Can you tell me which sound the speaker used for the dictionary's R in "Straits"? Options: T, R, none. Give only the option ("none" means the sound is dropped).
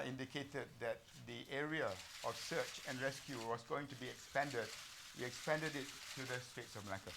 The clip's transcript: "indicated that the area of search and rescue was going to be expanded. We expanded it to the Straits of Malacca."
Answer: none